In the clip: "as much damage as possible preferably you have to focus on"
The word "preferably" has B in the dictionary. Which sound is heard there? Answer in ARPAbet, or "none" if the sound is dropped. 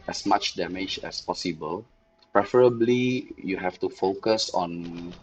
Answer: B